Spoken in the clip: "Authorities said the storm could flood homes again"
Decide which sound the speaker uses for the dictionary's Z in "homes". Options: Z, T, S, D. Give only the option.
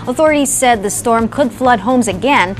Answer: Z